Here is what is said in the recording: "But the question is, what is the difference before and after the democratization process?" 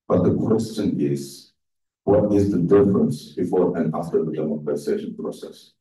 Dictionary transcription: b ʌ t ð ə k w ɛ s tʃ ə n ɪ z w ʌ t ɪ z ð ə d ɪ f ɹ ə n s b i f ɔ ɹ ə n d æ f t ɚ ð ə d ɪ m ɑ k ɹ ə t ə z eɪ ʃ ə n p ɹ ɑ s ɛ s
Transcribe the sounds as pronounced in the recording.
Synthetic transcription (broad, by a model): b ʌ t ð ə k w ɛ s tʃ ə n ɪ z w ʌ t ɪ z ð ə d ɪ f ɹ ə n s b i f ɔ ɹ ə n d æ f t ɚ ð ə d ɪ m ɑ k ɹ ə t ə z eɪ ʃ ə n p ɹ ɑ s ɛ s